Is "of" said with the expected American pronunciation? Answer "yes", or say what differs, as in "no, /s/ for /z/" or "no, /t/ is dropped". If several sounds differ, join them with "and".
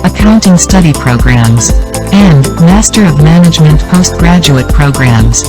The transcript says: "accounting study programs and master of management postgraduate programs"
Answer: yes